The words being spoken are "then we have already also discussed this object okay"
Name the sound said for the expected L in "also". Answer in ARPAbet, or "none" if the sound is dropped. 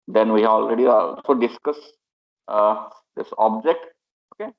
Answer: none